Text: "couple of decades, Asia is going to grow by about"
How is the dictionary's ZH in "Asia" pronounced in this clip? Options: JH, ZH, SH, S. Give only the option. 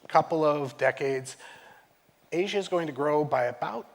ZH